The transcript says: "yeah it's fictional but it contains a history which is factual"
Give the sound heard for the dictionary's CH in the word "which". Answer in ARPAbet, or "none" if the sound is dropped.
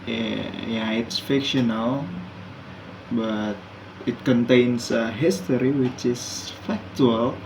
CH